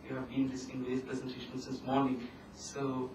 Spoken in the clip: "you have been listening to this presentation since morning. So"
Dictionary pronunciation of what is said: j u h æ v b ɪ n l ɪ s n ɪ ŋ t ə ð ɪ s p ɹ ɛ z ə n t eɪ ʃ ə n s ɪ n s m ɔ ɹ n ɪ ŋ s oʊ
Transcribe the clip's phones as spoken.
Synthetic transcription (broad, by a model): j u h æ v b ɪ n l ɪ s ɪ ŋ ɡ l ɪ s p ɹ ɛ z ə n t eɪ ʃ ə n s ɪ n s m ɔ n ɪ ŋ s oʊ